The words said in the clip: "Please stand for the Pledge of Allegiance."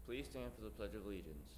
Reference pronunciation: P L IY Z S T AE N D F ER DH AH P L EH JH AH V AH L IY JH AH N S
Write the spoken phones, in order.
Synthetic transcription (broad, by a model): P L IY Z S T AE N F ER DH AH P L EH JH AH V L IY JH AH N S